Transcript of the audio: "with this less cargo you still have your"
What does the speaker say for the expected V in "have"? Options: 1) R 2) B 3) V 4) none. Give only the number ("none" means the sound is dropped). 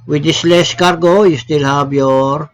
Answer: 2